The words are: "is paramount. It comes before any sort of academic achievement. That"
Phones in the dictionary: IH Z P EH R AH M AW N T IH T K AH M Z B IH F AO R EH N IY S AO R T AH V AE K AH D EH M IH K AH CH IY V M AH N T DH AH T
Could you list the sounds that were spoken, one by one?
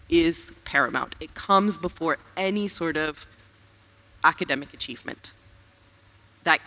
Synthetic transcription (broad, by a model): IH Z P EH R AH M AW N T IH T K AH M Z B IH F AO R EH N IY S AO R T AH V AE K AH D EH M IH K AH CH IY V M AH N DH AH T